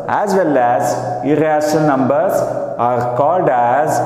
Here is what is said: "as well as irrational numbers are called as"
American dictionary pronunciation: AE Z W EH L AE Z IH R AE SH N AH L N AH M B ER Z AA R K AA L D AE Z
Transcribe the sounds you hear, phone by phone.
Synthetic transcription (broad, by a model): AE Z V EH L AE Z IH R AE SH AH N N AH M B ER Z AA R K AA L D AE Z